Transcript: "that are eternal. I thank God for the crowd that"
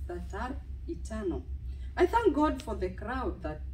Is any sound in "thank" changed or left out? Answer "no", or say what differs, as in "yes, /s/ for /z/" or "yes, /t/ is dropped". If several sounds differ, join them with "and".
no